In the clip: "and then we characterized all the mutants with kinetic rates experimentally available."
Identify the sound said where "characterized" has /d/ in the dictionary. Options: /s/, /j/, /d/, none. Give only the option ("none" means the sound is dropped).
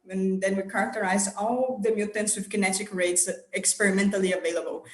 none